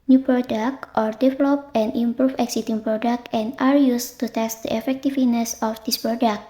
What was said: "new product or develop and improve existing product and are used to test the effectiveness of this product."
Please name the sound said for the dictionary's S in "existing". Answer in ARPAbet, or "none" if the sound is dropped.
none